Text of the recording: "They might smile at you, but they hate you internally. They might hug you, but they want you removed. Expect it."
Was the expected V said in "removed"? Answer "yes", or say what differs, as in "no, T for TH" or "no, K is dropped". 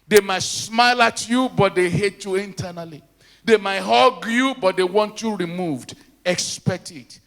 yes